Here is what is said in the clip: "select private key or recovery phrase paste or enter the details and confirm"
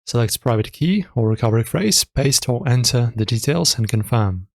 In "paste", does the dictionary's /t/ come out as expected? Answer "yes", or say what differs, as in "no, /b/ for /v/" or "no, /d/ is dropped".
yes